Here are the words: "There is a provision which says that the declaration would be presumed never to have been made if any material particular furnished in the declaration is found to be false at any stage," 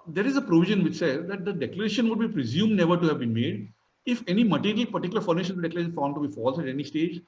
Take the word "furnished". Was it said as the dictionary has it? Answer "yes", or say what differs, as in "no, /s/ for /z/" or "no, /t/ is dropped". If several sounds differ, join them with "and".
no, /t/ is dropped